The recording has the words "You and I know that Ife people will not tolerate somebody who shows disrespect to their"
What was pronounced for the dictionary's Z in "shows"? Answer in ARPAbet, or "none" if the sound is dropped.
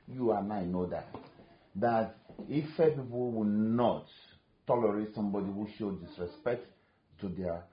none